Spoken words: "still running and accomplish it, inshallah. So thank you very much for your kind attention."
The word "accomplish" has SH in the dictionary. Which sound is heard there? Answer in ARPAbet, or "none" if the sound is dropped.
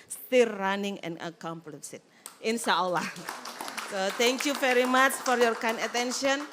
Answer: S